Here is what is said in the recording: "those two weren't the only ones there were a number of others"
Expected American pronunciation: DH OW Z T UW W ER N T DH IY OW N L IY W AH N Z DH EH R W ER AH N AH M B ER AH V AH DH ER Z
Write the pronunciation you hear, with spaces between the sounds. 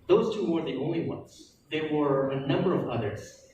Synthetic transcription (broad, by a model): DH OW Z T UW W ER DH IY OW N L IY W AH N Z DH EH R W ER AH N AH M B ER AH V AH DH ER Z